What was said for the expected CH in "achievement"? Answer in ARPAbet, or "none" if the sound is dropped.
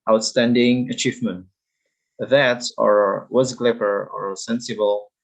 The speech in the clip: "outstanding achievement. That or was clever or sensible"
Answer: CH